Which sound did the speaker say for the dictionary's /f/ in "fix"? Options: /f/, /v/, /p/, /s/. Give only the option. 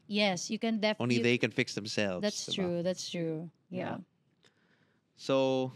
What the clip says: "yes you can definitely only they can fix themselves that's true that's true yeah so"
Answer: /f/